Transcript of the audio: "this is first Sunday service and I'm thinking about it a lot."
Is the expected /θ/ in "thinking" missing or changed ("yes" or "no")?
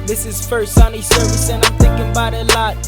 no